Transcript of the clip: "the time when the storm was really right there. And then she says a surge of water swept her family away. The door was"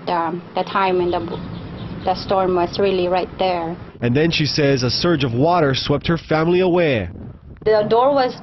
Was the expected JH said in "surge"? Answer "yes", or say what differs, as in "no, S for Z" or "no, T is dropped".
yes